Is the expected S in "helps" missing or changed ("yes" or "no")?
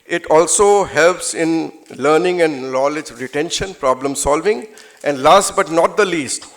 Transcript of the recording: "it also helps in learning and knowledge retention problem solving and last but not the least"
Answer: no